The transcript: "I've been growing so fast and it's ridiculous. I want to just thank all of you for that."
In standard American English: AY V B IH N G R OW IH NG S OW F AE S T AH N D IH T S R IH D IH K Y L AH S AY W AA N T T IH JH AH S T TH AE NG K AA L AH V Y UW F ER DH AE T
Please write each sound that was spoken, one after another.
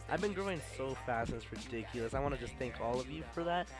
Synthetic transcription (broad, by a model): AY V B IH N G R OW IH NG S OW F AE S AH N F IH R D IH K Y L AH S AY W AA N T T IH JH AH S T TH AE NG K AA L AH V Y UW F ER DH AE T